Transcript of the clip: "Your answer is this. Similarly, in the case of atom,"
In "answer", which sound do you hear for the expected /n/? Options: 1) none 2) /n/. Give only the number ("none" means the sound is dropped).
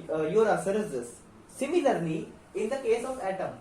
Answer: 1